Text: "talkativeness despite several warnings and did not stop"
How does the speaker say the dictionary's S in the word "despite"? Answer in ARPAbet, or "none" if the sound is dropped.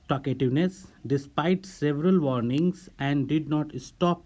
S